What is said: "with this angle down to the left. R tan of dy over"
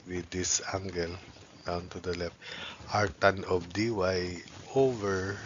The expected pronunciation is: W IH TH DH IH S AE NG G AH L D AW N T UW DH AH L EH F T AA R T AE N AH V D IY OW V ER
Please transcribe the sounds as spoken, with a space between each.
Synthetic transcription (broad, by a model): W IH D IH S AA NG G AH L D AW N T UW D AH L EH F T AA R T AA N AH B D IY OW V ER